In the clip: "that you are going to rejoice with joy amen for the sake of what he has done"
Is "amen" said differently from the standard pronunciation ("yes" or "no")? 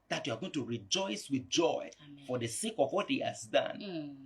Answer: yes